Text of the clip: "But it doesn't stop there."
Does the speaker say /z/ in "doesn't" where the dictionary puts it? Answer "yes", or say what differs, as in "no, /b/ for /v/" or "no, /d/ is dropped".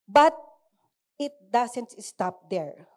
no, /s/ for /z/